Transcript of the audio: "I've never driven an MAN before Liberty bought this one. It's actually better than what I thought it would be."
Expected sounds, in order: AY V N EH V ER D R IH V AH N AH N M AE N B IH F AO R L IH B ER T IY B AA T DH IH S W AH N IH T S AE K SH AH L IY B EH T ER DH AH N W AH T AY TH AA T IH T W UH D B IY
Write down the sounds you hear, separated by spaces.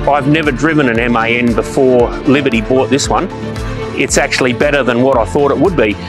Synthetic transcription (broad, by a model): AY V N EH V ER D R IH V AH N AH N M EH N B IH F AO R L IH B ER T IY B AA T DH IH S W AH N IH T S AE K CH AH L IY B EH T ER DH AH N W AH T AY TH AA T IH T W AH D B IY